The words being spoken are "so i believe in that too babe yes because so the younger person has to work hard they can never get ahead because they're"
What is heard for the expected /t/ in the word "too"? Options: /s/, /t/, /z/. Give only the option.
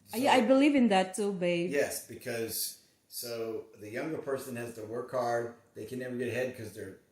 /s/